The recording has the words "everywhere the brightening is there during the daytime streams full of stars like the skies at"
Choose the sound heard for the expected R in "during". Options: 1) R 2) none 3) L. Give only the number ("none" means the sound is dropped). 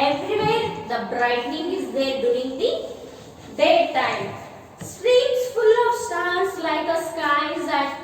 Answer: 2